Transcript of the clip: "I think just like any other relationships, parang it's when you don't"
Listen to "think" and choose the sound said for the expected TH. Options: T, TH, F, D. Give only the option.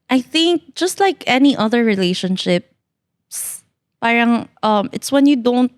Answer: TH